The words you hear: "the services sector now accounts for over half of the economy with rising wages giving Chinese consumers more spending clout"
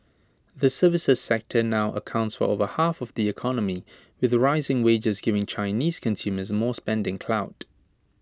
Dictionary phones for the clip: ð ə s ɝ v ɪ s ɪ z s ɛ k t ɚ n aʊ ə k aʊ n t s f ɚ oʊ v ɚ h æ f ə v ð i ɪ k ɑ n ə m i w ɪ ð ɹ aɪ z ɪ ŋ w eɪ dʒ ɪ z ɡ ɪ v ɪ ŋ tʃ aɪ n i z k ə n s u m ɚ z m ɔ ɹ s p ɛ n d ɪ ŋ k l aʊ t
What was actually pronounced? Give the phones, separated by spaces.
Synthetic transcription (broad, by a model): ð ə s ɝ v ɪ s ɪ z s ɛ k t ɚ n aʊ ə k aʊ n t s f ɚ oʊ v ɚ h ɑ f ə v ð i ɪ k ɑ n ə m i w ɪ ð ɹ aɪ z ɪ ŋ w eɪ dʒ ɪ z ɡ ɪ v ɪ ŋ tʃ aɪ n i z k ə n s u m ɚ z m ɔ s p ɛ n d ɪ ŋ k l aʊ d